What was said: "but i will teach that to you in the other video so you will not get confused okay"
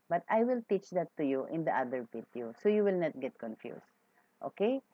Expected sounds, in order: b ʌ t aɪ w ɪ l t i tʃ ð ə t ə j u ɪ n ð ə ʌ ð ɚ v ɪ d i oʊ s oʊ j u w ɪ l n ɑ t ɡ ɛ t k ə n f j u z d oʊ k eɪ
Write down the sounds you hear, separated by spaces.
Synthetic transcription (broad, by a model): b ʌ t aɪ w ɪ l t i tʃ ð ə t ə j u ɪ n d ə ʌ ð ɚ p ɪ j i s oʊ j u w ɪ l n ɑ t ɡ ɛ t k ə n f j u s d oʊ k eɪ